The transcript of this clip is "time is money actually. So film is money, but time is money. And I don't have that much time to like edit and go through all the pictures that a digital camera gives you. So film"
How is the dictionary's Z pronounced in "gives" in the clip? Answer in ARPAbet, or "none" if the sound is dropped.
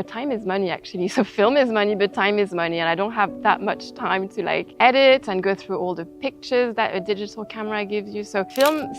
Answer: Z